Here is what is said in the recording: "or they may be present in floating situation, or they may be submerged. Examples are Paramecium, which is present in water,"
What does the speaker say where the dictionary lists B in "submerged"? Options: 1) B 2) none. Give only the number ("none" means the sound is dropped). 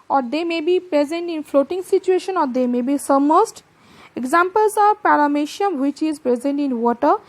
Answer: 2